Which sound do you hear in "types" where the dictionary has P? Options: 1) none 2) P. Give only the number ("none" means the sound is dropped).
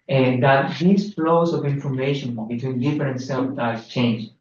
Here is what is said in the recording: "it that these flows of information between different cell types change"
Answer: 1